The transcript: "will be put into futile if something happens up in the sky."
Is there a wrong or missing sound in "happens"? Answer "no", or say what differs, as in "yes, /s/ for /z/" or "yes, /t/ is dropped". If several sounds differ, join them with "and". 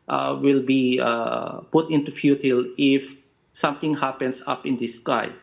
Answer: yes, /s/ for /z/